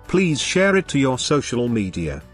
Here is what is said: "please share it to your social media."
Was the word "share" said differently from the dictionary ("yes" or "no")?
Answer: no